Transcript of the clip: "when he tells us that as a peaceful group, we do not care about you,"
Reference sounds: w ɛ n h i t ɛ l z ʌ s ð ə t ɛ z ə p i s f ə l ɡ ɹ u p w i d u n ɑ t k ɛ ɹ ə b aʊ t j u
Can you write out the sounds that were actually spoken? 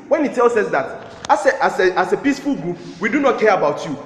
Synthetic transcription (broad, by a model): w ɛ n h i t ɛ l s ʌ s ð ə t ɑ s ə p i s f ə l ɡ ɹ u p w i d u n ɑ t k ɛ ɹ ə b aʊ t j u